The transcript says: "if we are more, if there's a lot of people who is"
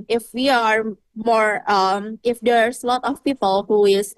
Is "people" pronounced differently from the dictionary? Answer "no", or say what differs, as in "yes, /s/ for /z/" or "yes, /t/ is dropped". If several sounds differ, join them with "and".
no